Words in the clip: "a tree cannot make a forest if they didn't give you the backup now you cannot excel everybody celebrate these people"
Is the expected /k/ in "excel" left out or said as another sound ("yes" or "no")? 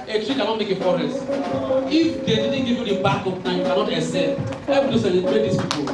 yes